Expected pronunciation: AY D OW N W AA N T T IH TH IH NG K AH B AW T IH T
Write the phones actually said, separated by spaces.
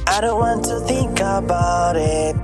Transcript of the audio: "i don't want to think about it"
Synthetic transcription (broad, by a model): AY D OW N W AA N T T IH TH IH NG K AH B AW T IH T